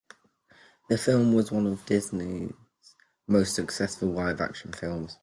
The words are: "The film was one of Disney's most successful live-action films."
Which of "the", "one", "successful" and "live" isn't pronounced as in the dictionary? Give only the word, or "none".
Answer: live